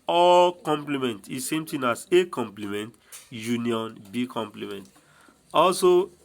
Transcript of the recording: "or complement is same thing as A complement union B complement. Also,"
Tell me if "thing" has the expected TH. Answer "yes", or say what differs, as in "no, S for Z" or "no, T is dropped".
no, T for TH